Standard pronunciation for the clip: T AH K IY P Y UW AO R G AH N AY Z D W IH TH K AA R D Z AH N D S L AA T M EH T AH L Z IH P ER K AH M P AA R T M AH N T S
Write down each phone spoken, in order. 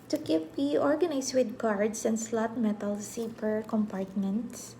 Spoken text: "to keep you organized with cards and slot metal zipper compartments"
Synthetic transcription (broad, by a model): T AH K IY P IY AO R G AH N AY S W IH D K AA R D S AH N D S L AA T M EH T AH L S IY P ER K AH M P AA R T M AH N T S